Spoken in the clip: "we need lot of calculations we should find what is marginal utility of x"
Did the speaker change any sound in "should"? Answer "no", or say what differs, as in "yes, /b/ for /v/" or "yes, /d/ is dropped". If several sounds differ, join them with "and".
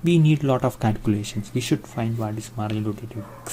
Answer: no